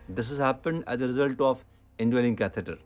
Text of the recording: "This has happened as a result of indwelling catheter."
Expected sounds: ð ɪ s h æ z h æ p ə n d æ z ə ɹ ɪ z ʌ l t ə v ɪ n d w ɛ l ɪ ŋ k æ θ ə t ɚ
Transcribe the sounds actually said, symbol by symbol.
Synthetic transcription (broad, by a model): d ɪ s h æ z h æ p ə n d æ z ə ɹ ɪ z ʌ l t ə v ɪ n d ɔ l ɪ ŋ k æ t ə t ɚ